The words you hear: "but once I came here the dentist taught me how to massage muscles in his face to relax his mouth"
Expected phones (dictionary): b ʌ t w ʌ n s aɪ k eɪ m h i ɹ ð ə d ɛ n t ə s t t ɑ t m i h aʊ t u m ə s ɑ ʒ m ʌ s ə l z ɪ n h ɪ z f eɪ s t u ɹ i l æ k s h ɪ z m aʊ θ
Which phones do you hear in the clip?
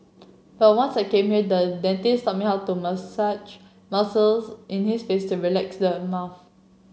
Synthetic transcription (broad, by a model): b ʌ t w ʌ n s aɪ k eɪ m h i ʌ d ə d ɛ n t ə s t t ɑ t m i h aʊ t u m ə s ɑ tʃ m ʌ s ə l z ɪ n h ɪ s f eɪ s t u ɹ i l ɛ k s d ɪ m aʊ f